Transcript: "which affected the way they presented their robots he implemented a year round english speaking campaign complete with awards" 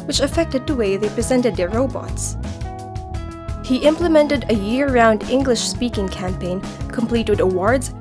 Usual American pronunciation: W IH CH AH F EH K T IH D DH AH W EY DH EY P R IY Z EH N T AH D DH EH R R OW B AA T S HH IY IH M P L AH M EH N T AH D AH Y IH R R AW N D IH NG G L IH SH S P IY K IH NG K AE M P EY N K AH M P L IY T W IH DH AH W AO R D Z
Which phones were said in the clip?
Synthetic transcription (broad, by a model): W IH CH AH F EH K T IH D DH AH W EY DH EY P R IY Z EH N T AH D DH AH R R OW B AA T S HH IY IH M P L AH M EH N T AH D AH Y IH R R AW N D IH NG G L IH SH S P IY K IH NG K AE M P EY N K AH M P L IY T W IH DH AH W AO R D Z